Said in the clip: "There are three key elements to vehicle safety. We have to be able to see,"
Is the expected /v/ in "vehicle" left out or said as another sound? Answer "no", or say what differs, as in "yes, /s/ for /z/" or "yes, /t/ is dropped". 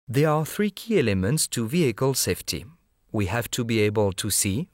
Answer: no